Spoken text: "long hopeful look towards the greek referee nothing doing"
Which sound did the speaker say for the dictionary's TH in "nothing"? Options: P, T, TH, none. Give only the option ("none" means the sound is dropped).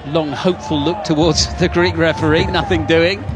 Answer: TH